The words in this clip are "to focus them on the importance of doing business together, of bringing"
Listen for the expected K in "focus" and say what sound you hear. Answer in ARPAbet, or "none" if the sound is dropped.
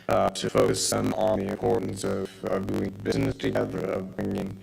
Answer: none